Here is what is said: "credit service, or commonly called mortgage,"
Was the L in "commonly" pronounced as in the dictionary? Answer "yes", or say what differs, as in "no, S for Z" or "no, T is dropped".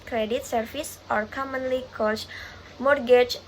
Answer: yes